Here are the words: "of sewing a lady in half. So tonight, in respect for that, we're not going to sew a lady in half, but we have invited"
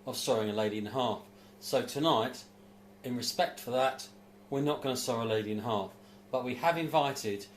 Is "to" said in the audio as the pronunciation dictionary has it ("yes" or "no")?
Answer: no